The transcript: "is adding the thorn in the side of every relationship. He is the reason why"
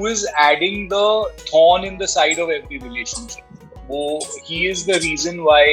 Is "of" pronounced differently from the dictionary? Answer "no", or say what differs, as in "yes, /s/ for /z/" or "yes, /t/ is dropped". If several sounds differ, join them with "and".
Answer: no